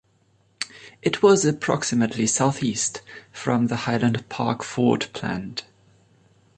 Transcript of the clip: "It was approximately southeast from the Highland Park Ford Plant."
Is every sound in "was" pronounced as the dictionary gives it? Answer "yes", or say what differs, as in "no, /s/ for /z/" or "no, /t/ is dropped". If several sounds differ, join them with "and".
yes